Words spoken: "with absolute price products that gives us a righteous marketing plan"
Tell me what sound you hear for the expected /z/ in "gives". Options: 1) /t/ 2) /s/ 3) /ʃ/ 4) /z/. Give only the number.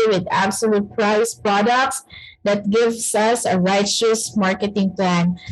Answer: 2